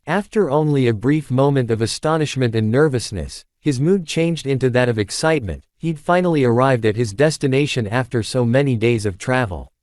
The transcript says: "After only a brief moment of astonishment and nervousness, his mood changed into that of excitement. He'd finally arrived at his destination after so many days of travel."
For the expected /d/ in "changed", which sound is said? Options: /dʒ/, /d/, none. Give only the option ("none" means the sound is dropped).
/d/